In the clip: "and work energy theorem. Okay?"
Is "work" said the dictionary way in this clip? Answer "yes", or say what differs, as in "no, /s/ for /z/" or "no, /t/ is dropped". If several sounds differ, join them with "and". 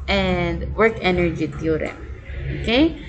yes